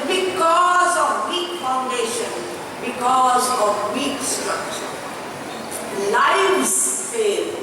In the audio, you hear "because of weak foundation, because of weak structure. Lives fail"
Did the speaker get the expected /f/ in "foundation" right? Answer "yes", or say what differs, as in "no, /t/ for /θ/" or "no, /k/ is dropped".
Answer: yes